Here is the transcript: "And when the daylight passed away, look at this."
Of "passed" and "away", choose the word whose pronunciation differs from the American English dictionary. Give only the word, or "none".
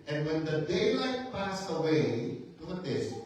passed